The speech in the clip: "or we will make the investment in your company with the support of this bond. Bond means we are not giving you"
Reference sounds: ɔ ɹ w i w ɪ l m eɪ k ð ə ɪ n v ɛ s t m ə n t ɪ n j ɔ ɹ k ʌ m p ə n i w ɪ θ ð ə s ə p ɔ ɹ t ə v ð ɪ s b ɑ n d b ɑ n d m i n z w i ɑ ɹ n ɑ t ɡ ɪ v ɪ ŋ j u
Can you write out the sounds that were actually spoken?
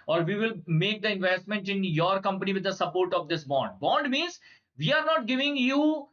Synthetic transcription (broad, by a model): ɔ ɹ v i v ɪ l m eɪ k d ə ɪ n v ɛ s t m ə n t ɪ n j ɔ ɹ k ʌ m p ə n i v ɪ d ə s ə p ɔ ɹ t ə v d ɪ s b ɑ n d b ɑ n d m i n z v i ɑ ɹ n ɑ t ɡ ɪ v ɪ ŋ j u